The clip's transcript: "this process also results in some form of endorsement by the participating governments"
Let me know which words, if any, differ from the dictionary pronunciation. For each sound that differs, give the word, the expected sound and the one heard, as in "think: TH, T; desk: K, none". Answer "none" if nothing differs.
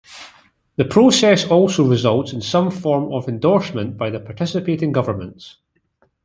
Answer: this: S, none